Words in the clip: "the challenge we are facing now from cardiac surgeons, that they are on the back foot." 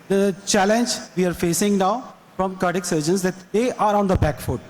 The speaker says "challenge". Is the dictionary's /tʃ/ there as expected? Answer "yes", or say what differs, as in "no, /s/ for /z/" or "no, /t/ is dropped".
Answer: yes